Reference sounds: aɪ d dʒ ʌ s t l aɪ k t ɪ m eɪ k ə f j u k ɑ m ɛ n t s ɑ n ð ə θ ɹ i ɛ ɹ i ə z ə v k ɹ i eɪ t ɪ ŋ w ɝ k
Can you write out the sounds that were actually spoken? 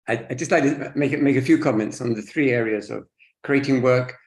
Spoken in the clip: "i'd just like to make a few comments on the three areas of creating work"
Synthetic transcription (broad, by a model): aɪ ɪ dʒ ʌ s t l aɪ k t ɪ m eɪ k ə f j u k ɑ m ɛ n t s n ð ə θ ɹ i ɛ ɹ i ə z ə v k ɹ i eɪ t ɪ ŋ w ɝ k